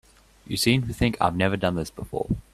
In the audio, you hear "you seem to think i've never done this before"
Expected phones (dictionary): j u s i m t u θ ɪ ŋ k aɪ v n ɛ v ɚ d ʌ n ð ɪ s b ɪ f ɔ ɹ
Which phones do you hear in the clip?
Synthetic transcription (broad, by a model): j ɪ s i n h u θ ɪ ŋ k aɪ v n ɛ v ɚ d ʌ n ð ɪ s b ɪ f ɔ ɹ